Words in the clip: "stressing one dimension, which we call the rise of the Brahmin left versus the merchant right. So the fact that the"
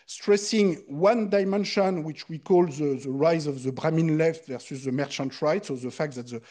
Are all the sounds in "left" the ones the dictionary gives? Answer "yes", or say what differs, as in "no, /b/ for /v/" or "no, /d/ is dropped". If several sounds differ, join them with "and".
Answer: yes